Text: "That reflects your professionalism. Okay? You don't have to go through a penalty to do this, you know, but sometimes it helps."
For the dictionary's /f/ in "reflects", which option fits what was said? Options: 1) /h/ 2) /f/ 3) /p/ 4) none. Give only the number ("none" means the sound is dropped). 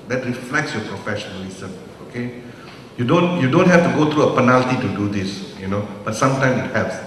2